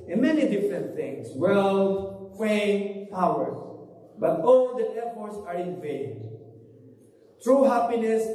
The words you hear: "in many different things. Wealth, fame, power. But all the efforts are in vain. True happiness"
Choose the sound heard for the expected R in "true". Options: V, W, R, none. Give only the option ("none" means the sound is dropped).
R